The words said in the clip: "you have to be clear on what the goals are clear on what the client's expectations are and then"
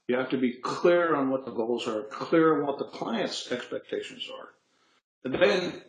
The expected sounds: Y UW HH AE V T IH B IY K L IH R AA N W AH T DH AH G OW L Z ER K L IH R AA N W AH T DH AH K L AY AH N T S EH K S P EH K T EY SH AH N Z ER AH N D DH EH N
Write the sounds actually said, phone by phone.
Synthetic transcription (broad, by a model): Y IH HH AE F T IH B IY K L IH R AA N W AH T DH AH G OW L Z ER K L IH R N W AH T DH AH K L AY AH N T S EH K S P EH K T EY SH AH N Z ER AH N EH N